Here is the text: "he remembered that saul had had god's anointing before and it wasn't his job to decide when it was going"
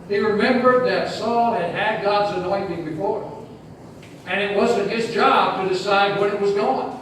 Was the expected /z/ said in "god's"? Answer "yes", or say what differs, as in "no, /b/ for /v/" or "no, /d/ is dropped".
yes